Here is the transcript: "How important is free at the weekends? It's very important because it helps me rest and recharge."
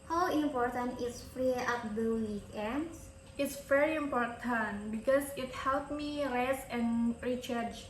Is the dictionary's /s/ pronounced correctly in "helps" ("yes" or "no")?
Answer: no